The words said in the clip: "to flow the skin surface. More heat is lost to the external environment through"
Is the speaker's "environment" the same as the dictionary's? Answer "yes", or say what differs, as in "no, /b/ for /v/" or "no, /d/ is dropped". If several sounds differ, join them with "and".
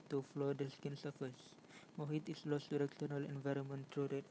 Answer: yes